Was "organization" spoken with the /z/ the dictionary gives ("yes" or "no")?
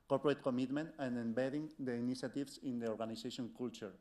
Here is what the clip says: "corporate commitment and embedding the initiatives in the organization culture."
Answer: no